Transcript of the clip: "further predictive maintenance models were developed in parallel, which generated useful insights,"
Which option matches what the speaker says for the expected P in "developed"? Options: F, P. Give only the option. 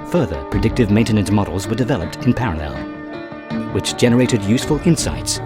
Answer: P